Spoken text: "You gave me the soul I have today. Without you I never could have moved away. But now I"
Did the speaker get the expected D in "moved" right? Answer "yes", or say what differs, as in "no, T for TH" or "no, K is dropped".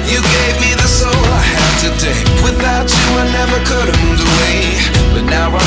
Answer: no, D is dropped